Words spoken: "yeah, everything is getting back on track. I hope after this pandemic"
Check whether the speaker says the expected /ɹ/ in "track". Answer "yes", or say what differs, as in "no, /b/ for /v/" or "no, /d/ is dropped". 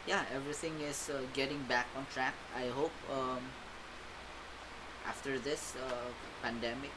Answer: yes